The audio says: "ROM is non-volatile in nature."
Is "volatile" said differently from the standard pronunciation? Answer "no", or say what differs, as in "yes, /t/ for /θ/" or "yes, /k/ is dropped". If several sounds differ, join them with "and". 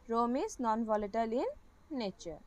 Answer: no